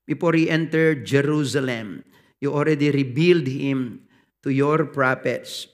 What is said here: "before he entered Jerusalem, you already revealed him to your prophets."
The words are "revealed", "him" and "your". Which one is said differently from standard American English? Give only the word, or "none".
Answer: revealed